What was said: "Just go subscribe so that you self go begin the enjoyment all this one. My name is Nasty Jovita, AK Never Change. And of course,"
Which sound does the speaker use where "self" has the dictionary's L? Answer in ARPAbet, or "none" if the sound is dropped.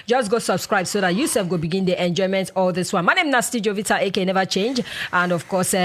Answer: none